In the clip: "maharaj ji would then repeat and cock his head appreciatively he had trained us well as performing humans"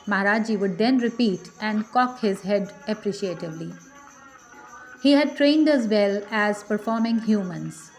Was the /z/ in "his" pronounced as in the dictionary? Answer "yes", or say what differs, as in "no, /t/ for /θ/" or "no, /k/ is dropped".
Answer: yes